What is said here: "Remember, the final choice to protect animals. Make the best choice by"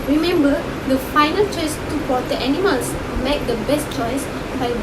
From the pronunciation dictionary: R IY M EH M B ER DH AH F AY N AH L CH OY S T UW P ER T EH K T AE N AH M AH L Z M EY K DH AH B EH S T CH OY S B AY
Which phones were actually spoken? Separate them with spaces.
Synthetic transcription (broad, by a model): R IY M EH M B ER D AH F AY N AH L CH OY S T UW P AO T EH T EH N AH M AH L S M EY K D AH B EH S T CH OY S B AY